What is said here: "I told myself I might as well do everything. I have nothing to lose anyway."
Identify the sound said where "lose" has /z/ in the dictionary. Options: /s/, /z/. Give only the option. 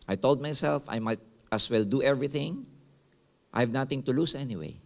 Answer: /s/